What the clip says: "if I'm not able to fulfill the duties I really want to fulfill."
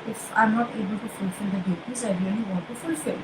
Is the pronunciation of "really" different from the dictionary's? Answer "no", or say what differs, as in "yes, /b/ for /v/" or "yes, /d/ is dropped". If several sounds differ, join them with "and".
yes, /n/ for /l/